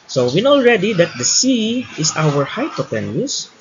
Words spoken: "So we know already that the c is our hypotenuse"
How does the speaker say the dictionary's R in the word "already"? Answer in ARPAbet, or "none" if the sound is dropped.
R